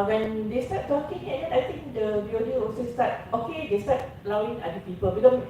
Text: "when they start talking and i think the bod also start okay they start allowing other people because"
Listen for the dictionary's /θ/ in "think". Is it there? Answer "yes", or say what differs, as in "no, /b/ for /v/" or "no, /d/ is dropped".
no, /t/ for /θ/